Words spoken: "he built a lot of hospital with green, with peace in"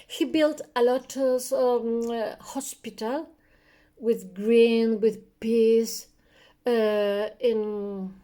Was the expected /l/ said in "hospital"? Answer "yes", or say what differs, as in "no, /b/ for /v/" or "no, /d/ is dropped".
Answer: yes